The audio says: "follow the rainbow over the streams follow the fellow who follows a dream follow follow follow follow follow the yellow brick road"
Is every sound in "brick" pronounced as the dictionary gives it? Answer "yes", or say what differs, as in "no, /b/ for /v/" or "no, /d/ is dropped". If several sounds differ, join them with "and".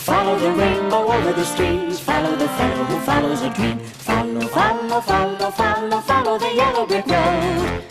no, /ɹ/ is dropped